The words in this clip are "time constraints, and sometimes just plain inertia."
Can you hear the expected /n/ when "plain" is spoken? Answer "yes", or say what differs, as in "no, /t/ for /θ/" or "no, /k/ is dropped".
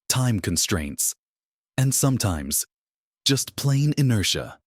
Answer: yes